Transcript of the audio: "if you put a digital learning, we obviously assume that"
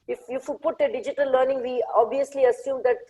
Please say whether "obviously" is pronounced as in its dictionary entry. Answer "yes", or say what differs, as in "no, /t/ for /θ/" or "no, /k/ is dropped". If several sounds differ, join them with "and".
yes